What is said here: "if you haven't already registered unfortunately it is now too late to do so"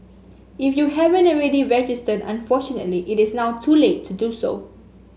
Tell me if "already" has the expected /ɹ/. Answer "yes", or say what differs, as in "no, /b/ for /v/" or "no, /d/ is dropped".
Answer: yes